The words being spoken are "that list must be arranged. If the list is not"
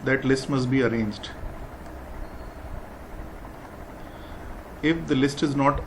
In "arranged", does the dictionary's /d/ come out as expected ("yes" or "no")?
yes